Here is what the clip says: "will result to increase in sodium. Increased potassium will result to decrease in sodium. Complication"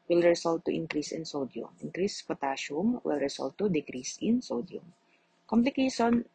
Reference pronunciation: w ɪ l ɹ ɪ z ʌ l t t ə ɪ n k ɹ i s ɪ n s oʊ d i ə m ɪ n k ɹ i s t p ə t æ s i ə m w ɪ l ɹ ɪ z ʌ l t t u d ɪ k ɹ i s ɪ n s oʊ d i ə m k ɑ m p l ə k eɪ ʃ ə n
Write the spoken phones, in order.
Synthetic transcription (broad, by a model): w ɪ l ɹ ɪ s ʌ l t t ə ɪ n k ɹ i s ɪ n s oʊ d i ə m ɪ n k ɹ i s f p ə t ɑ ʃ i m w ɪ l ɹ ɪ s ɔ l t t u d ɪ k ɹ i s ɪ n s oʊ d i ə m k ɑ m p l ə k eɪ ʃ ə n